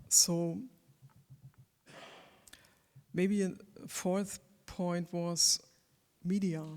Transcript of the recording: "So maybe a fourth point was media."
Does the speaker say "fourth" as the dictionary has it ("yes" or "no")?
yes